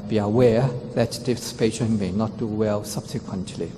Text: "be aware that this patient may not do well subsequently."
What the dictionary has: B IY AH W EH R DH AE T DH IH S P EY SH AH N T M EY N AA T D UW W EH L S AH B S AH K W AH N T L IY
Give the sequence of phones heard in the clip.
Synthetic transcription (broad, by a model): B IY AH W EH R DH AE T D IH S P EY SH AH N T M EY N AA T D UW W EH L S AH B S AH K W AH N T L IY